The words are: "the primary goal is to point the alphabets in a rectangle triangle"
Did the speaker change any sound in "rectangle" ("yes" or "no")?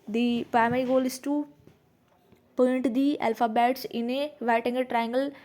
yes